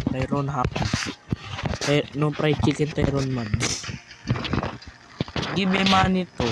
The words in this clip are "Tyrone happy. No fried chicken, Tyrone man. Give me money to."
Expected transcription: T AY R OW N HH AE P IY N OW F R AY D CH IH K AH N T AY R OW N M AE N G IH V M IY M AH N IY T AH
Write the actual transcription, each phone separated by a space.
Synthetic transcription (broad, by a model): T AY R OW N HH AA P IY N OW P R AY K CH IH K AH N T AY R OW N M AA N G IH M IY M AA N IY T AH